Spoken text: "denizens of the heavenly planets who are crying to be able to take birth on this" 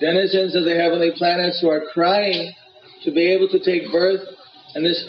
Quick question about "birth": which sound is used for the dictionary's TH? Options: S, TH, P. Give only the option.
TH